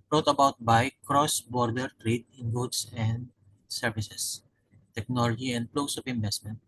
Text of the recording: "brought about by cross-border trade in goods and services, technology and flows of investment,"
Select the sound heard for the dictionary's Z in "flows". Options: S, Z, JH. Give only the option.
S